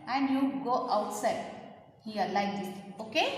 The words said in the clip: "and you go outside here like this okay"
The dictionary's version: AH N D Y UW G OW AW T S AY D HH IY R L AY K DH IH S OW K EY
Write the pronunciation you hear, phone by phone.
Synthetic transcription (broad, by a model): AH N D Y UW G OW AW T S AY D HH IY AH L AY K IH OW K EY